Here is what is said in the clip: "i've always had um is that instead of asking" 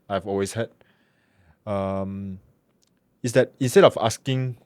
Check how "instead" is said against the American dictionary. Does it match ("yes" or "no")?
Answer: yes